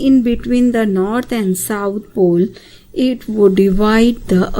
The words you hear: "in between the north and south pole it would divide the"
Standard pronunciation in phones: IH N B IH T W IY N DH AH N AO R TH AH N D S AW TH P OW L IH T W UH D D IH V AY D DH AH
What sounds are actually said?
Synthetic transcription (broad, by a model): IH N B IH T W IY N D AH N AO R T AH N D S AW T P OW L IH T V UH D D IH V AY D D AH